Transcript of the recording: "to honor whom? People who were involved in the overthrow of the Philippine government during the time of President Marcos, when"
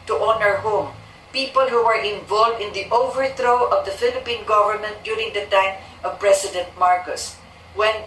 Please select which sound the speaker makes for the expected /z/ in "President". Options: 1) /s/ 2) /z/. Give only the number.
1